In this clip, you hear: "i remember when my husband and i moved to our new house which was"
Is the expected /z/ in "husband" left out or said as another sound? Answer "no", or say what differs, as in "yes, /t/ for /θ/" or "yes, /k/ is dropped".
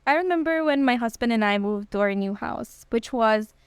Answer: no